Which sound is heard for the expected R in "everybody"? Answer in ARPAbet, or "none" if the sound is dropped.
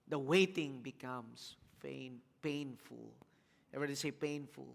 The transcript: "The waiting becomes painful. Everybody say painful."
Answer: none